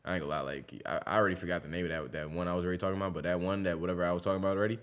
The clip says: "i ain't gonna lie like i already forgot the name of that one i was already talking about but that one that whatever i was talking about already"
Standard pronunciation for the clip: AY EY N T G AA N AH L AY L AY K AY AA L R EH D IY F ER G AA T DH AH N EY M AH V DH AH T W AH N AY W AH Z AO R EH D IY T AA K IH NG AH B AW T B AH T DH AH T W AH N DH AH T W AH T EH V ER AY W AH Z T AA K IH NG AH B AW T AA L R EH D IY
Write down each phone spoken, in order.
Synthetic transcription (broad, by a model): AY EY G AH L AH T L AY K AY AA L R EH D IY F ER G AA T DH AH N EY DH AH W DH AH T W AH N AY W AH Z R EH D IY T AA K IH NG AH B AW T B AH T DH AH T W AH N DH AH T W AH T EH V ER AY W AH Z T AA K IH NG AH B AW T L R EH D IY